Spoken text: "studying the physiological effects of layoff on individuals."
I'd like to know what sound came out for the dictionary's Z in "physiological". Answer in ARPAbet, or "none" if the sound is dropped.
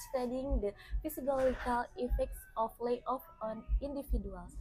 S